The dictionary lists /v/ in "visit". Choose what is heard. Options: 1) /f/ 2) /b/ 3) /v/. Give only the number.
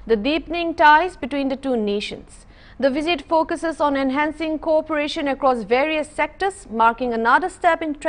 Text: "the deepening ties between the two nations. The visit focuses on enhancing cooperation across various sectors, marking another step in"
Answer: 3